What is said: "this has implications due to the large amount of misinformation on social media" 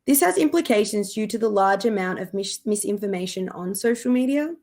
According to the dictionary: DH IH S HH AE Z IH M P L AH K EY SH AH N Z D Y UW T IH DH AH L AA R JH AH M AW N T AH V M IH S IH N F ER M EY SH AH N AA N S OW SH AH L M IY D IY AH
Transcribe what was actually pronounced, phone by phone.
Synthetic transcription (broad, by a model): DH IH S HH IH Z IH M P L AH K EY SH AH N Z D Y UW T IH DH AH L AA R JH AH M AW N T AH V M IH S IH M F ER M EY SH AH N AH N S OW SH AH L M IY D IY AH